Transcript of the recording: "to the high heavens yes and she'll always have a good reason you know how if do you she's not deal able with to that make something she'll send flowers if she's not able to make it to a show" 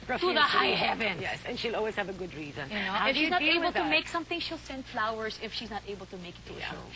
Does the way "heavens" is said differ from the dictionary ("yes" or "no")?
yes